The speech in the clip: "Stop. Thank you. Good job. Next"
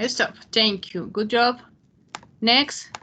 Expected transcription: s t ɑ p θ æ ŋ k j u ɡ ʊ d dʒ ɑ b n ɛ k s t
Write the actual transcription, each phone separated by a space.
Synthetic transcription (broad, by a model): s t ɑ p t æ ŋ k j u ɡ ʊ d dʒ ɑ b n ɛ k s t